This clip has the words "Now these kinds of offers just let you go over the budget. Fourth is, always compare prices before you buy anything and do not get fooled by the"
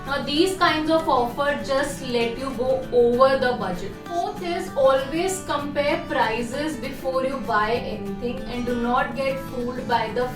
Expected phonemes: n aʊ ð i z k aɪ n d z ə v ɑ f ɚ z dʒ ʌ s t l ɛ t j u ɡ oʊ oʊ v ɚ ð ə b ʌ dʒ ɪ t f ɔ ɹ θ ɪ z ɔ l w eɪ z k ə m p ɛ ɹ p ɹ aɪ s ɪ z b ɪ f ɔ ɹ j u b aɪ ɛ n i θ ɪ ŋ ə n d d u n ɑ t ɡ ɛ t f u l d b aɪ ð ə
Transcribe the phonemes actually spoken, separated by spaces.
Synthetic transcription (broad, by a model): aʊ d i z k aɪ n d z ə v ɑ f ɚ dʒ ʌ s t l ɛ t j u ɡ oʊ oʊ v ɚ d ə b ʌ dʒ ɪ t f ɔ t ɪ z ɔ l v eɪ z k ə m p ɛ ɹ p ɹ aɪ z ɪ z b ɪ f ɔ ɹ j u b aɪ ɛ n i t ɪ ŋ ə n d d u n ɑ t ɡ ɛ t f u l d b aɪ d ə